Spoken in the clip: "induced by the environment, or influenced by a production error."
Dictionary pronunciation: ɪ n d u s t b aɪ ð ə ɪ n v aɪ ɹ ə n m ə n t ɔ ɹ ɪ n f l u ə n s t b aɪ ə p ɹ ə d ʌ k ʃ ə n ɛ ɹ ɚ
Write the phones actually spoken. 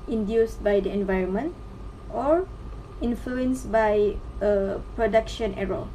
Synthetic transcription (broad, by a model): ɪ n d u s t b aɪ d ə ɪ n v aɪ ɹ ə n m ə n t ɔ ɹ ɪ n f l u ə n s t b aɪ ə p ɹ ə d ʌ k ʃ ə n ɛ ɹ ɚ